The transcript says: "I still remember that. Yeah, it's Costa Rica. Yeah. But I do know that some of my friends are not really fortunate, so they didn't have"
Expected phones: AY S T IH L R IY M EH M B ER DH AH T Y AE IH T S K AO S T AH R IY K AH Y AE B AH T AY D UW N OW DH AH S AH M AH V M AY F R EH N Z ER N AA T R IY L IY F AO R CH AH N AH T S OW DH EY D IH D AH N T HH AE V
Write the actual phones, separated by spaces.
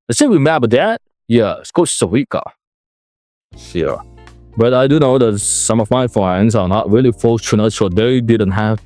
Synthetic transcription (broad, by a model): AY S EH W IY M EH B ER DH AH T Y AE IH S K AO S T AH W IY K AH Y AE B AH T AY D UW N OW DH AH S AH M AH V M AY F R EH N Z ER N AA T R IY L IY F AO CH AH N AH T S OW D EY D IH D AH N T HH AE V